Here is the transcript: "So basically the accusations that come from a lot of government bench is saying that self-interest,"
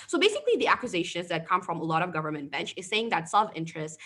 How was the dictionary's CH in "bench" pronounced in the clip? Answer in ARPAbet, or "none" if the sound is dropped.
CH